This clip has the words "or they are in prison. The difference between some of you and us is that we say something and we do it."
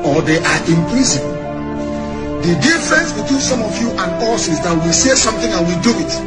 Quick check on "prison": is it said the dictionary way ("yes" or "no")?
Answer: no